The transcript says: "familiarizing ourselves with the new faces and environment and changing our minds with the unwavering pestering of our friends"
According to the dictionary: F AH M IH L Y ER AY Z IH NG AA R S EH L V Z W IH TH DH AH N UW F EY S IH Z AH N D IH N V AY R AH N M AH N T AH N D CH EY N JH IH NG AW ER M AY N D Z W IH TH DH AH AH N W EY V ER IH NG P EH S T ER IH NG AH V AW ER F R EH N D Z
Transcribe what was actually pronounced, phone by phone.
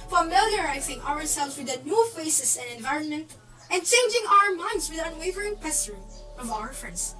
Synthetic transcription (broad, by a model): F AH M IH L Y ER AY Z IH NG AA R S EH L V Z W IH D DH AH N UW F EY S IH S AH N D IH N V AY R AH N M AH N T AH N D CH EY N JH IH NG AW ER M AY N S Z W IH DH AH AH N W EY V ER IH NG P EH S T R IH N AH V AW ER F R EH N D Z